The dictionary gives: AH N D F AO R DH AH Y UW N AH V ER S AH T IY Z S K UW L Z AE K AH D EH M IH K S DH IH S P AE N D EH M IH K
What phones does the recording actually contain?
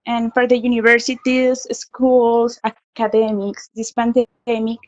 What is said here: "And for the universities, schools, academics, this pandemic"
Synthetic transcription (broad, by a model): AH N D F AO R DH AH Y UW N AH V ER S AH T IY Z S K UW L S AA K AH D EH M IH K S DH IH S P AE N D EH M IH K